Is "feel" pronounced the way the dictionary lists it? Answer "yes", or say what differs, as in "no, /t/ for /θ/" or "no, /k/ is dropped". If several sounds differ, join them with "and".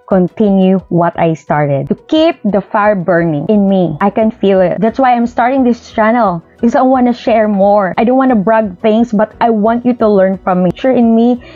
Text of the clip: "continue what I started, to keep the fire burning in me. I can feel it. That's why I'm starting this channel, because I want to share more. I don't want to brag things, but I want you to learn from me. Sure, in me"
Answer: yes